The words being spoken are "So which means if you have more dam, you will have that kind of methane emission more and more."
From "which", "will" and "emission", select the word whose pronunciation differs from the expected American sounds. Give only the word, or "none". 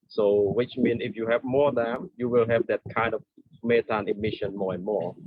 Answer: none